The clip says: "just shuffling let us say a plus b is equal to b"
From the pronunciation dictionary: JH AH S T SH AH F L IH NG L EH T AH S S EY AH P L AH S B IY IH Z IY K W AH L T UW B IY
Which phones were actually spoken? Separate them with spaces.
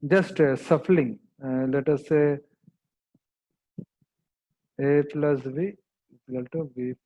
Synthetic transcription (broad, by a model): JH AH S T S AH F L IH NG L EH T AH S S EY AH P L AH S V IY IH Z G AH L T UW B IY